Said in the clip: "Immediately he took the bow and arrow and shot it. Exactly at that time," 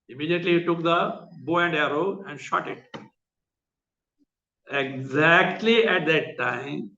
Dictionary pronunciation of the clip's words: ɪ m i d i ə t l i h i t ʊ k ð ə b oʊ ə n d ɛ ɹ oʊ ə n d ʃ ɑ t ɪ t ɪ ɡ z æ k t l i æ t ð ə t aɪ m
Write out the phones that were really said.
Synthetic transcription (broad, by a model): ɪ m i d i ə t l i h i t ʊ k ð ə b oʊ ə n d ɛ ɹ oʊ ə n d ʃ ɑ t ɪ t ɪ ɡ z æ k t l i æ t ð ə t aɪ m